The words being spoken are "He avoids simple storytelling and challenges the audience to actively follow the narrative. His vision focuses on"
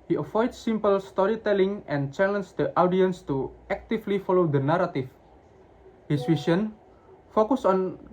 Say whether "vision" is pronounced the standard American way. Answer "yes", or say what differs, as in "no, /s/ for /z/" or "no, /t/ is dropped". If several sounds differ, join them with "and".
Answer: no, /s/ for /ʒ/